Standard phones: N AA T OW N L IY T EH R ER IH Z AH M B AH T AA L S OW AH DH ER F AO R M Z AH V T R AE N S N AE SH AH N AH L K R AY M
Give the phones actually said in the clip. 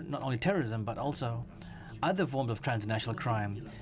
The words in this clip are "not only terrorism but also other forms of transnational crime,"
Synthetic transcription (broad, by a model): N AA T OW N L IY T EH R ER IH Z AH M B AH T AA L S OW AH DH ER F AO R M Z AH V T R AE N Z N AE SH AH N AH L K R AY M